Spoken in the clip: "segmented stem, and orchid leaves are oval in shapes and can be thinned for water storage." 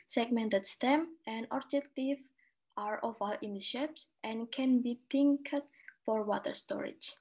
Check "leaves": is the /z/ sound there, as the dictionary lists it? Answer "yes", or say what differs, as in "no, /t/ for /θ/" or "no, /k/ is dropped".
no, /z/ is dropped